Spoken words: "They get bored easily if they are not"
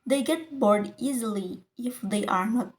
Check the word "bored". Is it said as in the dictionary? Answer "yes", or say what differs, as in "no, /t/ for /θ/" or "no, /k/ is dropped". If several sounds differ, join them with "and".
yes